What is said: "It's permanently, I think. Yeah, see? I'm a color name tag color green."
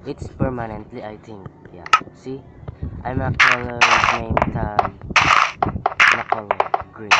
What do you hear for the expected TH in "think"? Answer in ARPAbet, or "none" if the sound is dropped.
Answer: T